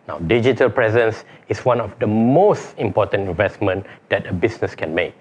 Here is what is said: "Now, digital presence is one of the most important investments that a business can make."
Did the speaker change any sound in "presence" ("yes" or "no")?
no